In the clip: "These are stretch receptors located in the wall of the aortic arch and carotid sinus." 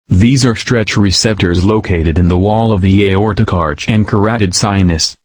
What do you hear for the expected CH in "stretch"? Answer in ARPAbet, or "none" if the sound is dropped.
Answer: CH